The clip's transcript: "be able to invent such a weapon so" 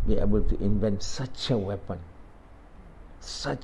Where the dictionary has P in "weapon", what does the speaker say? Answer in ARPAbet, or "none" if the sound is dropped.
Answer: P